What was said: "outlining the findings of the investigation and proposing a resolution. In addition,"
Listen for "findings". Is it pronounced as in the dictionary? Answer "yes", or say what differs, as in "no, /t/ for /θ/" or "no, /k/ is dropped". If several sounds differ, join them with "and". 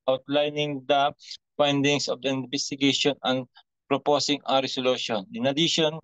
no, /s/ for /z/